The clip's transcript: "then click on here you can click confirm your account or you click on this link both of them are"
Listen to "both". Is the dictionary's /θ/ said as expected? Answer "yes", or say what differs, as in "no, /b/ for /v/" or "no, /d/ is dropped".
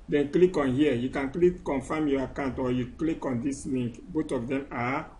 no, /t/ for /θ/